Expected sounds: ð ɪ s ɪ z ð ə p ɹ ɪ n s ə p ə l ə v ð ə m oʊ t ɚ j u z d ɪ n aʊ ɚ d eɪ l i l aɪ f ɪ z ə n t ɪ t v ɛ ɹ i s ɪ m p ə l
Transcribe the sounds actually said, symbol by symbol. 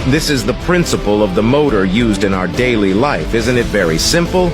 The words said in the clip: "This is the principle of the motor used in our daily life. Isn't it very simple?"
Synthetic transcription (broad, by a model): ð ɪ s ɪ z ð ə p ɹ ɪ n s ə p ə l ə v ð ə m oʊ t ɚ j u z d ɪ n aʊ ɚ d eɪ l i l aɪ f ɪ z ə n t ɪ t v ɛ ɹ i s ɪ m p l